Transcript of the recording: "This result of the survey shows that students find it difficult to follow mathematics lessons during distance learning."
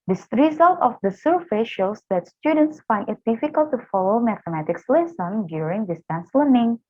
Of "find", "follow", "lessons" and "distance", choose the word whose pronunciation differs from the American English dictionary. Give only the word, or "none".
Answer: lessons